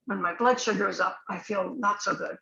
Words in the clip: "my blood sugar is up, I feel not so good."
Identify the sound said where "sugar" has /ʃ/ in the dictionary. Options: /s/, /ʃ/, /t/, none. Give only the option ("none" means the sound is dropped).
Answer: /ʃ/